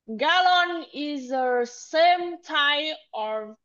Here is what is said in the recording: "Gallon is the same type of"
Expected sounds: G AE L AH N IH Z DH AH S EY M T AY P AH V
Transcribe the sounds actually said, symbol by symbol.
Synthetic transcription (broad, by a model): G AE L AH N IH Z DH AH S EY M T AY AH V